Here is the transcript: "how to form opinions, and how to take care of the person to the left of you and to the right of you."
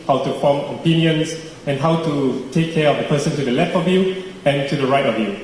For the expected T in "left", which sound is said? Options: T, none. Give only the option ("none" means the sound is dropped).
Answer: T